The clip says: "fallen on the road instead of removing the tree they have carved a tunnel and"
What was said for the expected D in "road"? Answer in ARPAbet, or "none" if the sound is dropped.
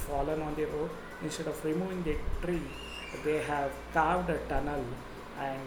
none